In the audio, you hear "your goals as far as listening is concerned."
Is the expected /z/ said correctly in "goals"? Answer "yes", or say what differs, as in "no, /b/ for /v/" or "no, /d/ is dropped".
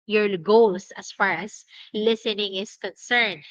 no, /s/ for /z/